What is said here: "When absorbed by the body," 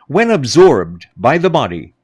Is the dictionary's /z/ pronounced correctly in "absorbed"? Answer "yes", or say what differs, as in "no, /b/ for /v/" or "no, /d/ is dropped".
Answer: yes